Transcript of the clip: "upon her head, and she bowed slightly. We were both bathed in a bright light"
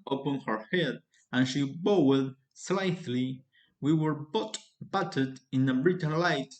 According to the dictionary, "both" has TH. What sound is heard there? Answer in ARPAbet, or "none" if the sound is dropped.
T